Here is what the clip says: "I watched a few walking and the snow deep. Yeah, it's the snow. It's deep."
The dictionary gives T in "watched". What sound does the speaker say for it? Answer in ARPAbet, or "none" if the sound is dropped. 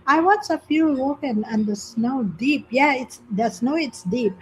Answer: none